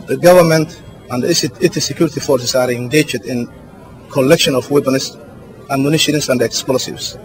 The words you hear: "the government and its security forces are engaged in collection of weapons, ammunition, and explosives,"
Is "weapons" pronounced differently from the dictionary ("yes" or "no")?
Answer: yes